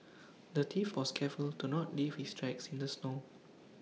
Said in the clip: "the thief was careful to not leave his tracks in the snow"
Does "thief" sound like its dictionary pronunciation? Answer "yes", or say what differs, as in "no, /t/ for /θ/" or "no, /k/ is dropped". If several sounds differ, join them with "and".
no, /t/ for /θ/